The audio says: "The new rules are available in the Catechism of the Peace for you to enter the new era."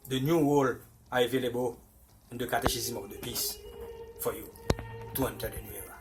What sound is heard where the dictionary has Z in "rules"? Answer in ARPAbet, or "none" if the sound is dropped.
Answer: none